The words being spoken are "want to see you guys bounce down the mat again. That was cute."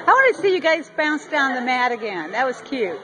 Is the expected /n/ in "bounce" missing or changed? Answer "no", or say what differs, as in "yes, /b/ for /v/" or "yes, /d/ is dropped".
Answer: no